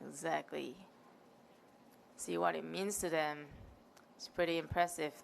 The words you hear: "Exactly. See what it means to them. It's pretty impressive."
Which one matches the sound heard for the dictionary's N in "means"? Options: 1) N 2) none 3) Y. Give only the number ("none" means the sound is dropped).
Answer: 1